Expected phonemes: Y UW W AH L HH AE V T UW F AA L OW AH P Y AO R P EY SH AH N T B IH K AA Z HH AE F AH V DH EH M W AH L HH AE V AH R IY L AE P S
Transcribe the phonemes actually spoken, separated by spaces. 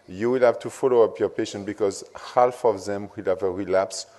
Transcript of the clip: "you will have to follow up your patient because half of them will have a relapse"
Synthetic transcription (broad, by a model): Y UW W AH L HH AE V T UW F AA L OW AH P Y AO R P EY SH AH N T B IH K AA Z HH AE F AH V DH EH M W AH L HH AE V AH R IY L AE P S